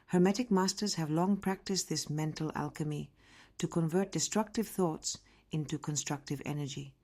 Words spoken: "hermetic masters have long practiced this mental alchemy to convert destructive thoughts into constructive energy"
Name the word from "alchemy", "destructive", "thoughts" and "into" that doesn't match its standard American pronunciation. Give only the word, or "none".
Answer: none